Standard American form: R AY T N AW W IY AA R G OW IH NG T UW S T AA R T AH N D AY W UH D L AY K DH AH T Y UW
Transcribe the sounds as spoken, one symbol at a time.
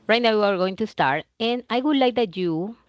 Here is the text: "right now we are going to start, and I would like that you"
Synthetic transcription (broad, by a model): R AY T N AW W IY AA R G OW IH NG T UW S T AA R T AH N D AY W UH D L AY K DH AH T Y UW